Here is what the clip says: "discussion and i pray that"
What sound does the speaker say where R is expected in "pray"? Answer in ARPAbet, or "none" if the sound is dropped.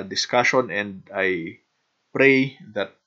R